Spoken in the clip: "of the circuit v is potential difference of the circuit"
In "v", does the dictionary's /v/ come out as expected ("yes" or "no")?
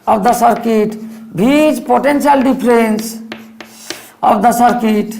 no